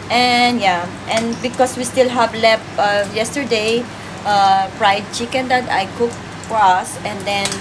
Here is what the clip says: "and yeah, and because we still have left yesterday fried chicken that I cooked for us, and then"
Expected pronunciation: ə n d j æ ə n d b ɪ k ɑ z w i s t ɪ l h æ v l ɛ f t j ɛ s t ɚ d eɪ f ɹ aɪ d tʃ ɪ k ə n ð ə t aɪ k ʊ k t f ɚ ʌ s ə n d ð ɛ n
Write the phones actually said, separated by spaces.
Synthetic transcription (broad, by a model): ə n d j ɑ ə n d b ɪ k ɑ s w i s t ɪ l h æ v l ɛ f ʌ j ɛ s t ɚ d eɪ p ɹ aɪ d tʃ ɪ k ə n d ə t aɪ k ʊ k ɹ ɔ s ə n d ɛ n